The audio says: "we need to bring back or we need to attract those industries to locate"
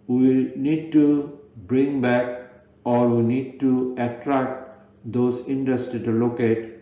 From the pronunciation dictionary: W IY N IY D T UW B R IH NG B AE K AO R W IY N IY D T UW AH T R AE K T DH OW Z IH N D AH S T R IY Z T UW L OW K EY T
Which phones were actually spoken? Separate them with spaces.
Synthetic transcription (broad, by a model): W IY N IY D T UW B R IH NG B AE K AO R W IY N IY D T UW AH T R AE K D OW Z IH N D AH S T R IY T UW L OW K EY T